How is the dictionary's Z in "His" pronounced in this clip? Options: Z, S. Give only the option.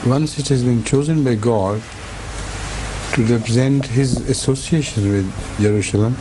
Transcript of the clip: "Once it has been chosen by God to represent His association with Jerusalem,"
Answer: Z